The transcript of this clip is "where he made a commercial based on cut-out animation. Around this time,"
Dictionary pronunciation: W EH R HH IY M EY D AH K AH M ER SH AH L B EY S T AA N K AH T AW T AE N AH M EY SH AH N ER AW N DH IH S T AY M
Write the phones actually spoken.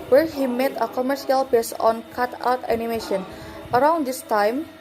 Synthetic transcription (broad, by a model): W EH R HH IY M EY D AH K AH M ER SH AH L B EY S AA N K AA T AW T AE N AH M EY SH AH N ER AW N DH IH S T AY M